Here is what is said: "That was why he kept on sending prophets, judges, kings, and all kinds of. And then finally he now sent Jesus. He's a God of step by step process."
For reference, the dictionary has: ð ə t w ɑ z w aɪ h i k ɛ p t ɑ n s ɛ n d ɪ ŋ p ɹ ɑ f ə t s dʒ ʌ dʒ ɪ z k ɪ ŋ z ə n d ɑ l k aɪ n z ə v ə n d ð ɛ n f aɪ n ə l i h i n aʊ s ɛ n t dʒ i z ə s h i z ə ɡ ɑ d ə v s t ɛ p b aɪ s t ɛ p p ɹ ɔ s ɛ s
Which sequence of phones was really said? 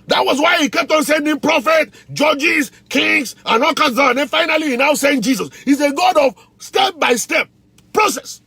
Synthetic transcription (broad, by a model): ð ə t w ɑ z w aɪ h i k ɛ p t ɑ n s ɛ n d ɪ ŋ p ɹ ɑ f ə t dʒ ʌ dʒ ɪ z k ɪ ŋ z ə n ɑ l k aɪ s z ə ə n d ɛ n f aɪ n ə l i h i n aʊ s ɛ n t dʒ i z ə s h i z ə ɡ ɑ d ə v s t ɛ p b aɪ s t ɛ p p ɹ ɔ s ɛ s